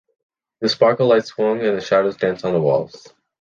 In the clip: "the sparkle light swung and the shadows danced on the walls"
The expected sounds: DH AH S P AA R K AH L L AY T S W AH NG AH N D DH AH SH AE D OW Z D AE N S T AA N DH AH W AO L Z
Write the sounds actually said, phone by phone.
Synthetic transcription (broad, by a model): DH AH S P AA R K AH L L AY T S W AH NG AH N DH AH SH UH D OW Z D AE N S N DH AH W AO L Z